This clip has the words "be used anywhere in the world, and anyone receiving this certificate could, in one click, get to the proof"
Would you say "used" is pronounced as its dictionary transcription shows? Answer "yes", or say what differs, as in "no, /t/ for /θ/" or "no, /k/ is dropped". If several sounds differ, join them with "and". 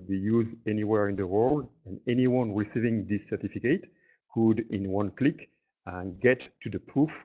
no, /d/ is dropped